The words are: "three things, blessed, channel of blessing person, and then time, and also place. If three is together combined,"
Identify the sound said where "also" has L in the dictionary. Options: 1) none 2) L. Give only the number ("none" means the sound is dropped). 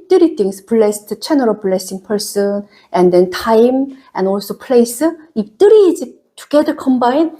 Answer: 2